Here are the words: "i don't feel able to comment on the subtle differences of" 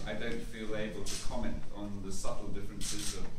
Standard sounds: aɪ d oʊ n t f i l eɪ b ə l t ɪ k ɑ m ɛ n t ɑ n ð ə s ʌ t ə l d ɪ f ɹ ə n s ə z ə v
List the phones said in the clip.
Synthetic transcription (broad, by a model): aɪ d oʊ n t f i l eɪ b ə l t ɪ k ɑ m ɛ n t n ð ə s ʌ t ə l d ɪ f ɹ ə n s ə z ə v